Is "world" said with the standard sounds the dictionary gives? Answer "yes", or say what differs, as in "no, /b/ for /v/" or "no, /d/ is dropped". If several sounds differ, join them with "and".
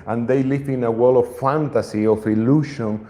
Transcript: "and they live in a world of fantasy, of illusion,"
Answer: no, /d/ is dropped